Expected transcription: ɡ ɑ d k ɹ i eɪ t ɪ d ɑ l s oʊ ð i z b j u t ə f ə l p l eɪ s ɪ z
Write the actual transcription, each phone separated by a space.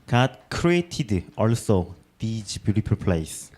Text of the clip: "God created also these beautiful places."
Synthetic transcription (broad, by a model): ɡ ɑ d k ɹ i eɪ t ɪ d ɑ l s oʊ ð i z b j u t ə p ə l p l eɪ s